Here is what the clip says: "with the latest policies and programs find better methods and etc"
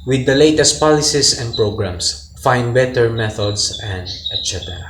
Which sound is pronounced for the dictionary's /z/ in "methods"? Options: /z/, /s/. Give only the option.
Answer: /s/